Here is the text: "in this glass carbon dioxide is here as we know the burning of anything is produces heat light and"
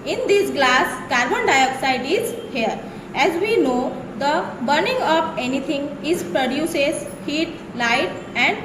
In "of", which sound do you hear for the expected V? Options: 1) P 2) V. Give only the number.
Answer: 1